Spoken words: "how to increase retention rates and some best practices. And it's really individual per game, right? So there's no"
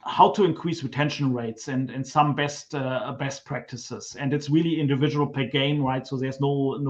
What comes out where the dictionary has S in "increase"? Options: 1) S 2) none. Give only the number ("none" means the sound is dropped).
1